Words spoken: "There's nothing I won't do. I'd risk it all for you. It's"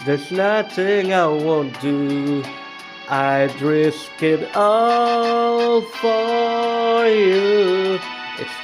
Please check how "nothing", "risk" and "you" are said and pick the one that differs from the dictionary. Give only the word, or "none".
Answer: none